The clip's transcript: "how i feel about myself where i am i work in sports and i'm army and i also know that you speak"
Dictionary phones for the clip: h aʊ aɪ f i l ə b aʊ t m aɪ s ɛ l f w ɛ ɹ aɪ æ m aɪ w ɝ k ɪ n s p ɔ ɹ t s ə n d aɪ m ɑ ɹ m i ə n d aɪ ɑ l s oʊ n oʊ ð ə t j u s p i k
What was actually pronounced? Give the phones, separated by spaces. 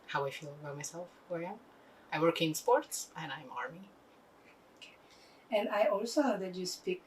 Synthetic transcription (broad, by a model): h aʊ aɪ f i l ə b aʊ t m aɪ s ɛ l f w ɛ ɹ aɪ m aɪ w ɝ k ɪ n s p ɔ ɹ t s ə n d aɪ m ɑ ɹ m i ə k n aɪ ɑ l s oʊ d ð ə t j u s p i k